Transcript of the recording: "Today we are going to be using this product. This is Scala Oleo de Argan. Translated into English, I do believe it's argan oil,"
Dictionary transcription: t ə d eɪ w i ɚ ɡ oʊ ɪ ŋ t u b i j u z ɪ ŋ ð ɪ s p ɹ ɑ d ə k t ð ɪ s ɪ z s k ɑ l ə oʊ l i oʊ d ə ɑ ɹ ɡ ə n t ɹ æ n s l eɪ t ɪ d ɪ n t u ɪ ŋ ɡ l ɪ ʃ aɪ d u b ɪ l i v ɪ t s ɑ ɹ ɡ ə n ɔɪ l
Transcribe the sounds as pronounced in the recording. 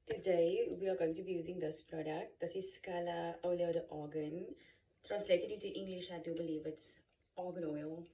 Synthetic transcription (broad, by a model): t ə d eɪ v i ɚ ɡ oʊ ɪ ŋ t u b i j u z ɪ ŋ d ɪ s p ɹ ɑ d ə k t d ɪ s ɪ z s k ɑ l ə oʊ l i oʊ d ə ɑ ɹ ɡ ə n t ɹ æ n s l eɪ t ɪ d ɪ t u ɪ ŋ ɡ l ɪ ʃ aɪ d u b ɪ l i v ɪ t s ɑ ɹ ɡ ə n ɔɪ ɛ